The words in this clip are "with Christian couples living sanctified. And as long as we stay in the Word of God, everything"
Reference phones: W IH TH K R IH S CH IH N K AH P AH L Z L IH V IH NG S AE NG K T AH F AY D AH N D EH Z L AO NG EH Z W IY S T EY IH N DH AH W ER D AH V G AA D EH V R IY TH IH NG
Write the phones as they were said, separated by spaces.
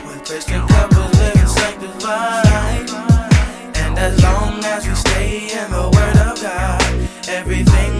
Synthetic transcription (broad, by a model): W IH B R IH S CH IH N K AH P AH Z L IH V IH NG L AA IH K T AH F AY AH N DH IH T L AO NG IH Z W IY S T EY IH N DH AH W ER D AH V G AA D EH V R IY TH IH NG